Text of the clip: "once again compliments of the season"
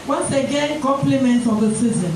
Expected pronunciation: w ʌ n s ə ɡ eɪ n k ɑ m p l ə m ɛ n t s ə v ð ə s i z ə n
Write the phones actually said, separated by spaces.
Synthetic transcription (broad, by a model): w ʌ n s ə ɡ eɪ n k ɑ m p l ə m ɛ n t ə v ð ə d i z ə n